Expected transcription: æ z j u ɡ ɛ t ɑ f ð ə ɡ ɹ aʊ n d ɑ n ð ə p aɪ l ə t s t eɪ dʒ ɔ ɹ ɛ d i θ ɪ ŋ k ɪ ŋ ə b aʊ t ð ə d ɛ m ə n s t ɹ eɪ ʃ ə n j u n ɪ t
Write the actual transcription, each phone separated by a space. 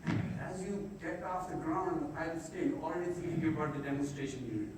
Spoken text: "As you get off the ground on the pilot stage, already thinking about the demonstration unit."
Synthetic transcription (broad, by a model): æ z j u ɡ ɛ t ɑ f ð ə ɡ ɹ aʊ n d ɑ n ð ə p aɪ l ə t s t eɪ ɔ l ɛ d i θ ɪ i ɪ ə b aʊ t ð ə d ɛ m ə n s t ɹ eɪ ʃ ə n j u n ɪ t